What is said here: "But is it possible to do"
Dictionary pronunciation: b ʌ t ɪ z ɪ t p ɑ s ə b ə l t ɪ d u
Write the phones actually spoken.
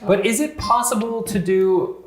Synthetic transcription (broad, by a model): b ʌ t ɪ z ɪ t p ɑ s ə b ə l t ɪ d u